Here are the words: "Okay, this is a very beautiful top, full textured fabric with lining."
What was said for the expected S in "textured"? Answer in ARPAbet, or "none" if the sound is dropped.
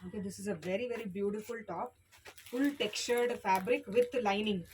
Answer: none